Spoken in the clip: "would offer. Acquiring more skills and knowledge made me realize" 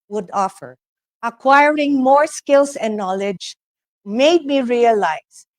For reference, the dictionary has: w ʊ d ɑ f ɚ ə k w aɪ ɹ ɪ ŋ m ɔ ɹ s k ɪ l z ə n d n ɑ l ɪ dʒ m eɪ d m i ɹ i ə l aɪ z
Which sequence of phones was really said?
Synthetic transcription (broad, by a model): w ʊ d ɑ f ɚ ə k w aɪ ɹ ɪ ŋ m ɔ ɹ s k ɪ l s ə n n ɑ l ɪ dʒ m eɪ d m i ɹ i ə l aɪ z